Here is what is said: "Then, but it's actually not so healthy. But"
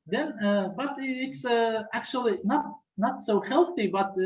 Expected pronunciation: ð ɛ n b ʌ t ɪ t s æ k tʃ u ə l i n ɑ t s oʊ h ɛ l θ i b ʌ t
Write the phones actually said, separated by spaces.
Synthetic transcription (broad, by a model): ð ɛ n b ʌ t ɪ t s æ k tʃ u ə n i n ɑ t s oʊ h ɛ l θ i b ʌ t